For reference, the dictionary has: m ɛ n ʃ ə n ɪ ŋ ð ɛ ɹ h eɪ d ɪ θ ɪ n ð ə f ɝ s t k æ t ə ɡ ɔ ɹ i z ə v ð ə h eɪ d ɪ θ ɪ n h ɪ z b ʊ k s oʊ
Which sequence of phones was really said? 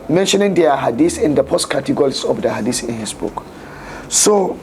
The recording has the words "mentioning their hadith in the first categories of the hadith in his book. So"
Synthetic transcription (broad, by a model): m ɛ n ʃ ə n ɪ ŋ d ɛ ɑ h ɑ d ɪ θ ɪ n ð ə p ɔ s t k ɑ t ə ɡ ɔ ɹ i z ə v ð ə h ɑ d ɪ s ɪ n h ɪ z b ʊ k s oʊ